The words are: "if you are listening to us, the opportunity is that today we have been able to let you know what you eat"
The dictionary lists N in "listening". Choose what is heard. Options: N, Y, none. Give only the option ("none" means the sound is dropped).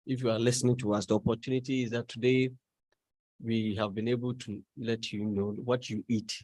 N